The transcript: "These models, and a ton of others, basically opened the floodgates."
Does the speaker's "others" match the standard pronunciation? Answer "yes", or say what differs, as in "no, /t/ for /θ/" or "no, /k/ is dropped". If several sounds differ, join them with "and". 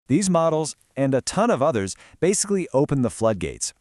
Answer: yes